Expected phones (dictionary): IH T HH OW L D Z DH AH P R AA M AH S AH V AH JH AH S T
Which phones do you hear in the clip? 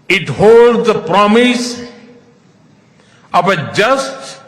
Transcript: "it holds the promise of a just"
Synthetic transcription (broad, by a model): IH T HH OW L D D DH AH P R AA M AH S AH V AH JH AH S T